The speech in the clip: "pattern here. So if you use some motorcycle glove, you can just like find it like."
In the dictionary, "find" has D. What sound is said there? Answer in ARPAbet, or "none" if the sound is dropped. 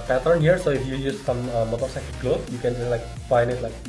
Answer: none